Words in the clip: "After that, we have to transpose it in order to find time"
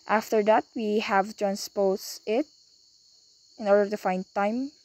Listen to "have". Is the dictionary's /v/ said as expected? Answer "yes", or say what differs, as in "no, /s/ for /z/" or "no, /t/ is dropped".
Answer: yes